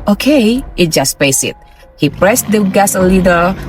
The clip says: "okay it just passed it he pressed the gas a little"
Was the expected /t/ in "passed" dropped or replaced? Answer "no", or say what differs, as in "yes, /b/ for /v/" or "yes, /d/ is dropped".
yes, /t/ is dropped